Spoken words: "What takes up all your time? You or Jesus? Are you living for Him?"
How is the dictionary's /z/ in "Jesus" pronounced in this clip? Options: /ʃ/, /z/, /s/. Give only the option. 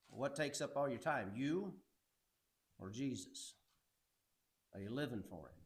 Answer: /z/